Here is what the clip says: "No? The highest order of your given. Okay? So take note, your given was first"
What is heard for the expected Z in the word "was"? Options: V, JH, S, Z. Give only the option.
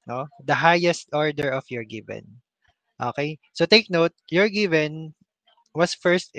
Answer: S